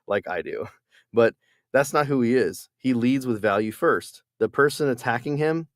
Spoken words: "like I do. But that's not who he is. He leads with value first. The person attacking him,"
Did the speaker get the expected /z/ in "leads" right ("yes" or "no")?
yes